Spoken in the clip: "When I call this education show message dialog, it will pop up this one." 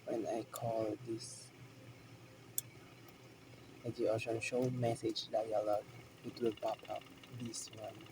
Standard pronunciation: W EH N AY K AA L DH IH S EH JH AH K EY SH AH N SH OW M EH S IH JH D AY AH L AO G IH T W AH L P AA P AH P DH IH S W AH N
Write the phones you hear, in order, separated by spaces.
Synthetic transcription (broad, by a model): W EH N AY K AA L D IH S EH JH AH AO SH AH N SH OW M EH S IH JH D AY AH L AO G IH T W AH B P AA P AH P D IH S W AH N